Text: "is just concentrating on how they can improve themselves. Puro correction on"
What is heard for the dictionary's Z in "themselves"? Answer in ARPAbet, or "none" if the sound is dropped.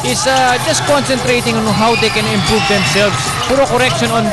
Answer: S